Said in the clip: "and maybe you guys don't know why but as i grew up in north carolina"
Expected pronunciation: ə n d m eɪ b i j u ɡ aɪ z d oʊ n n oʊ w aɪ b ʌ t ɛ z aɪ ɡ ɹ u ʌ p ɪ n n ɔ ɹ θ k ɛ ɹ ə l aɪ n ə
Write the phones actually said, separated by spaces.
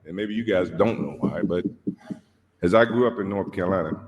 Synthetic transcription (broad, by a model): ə n m eɪ b i j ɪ ɡ aɪ z d oʊ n n oʊ w aɪ b ʌ t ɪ z aɪ ɡ ɹ u ʌ p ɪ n n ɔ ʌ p k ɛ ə l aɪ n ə